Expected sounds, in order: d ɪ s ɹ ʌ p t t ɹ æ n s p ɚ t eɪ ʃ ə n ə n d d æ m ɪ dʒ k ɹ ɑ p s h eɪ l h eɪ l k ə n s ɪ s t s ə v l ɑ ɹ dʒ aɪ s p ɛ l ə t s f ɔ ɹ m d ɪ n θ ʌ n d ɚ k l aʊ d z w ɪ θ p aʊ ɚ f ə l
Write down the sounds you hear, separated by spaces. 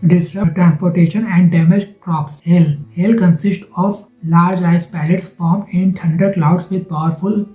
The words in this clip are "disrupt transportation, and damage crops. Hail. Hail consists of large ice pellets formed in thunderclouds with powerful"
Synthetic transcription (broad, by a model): d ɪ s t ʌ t t ɹ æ n s p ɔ t eɪ ʃ ə n ə n d d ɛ m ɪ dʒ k ɹ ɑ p s h eɪ l h eɪ l k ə n s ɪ s t ə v l ɑ ɹ dʒ aɪ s p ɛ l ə t s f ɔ ɹ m ɪ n t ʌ n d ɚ k l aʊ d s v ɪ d p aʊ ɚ f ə l